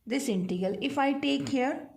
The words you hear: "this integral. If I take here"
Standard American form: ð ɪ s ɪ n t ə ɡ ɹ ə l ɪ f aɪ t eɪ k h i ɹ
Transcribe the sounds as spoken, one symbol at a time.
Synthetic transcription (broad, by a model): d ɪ s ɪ n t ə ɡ ə l ɪ f aɪ t eɪ k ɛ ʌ ɹ